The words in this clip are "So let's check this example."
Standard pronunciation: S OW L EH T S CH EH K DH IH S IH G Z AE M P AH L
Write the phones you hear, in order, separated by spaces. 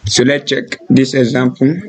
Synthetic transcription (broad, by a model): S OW L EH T CH EH K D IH S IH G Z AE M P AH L